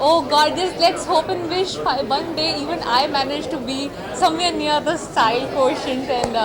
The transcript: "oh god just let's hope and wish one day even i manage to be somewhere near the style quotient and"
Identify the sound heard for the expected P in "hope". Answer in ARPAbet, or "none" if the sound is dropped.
P